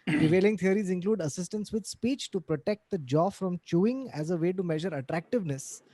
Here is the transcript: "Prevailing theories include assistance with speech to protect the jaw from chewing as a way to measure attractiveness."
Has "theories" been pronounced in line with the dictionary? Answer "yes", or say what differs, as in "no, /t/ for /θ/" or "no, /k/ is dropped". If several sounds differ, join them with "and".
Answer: no, /t/ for /θ/